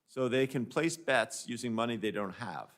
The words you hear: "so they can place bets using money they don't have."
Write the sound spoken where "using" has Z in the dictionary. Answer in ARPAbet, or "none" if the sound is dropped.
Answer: Z